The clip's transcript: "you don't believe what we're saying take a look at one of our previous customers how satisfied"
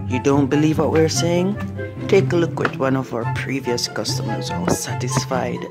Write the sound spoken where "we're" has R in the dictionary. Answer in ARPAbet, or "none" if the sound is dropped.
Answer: R